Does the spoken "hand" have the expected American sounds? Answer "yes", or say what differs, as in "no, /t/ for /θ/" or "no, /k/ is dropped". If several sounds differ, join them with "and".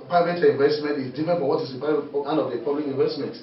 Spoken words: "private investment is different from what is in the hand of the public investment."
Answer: no, /d/ is dropped